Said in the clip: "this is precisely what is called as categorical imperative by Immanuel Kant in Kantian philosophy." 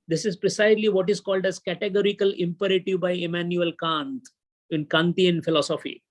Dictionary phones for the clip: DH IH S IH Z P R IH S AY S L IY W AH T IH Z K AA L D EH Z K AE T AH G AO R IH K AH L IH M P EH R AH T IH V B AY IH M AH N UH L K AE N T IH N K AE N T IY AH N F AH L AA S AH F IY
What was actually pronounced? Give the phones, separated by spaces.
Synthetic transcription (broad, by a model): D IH S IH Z P R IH S AY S L IY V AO T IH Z K AA L D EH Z K AE T AH G AO R IH K AH L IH M P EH R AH T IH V B AY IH M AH N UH L K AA N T IH N K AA N T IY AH N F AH L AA S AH F IY